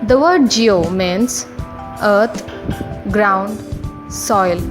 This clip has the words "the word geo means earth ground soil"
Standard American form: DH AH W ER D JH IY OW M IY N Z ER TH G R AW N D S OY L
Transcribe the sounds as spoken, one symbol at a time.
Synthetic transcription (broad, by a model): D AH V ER D JH IY OW M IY N S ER T G R AW N D S OY L